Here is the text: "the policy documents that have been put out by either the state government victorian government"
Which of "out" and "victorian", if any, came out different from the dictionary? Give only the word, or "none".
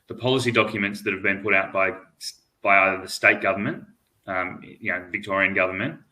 none